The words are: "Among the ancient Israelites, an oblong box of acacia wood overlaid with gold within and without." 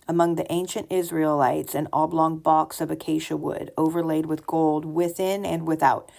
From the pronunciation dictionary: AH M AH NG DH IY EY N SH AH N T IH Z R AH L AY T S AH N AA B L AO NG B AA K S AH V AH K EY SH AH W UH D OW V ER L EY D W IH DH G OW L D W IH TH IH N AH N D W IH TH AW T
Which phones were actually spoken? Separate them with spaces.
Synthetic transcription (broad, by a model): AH M AH NG DH IY EY N SH AH N T IH Z R AH L AY T S AH N AA B L AO NG B AA K S AH V AH K EY SH AH W UH D OW V ER L EY D W IH DH G OW L D W IH TH IH N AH N W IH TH AW T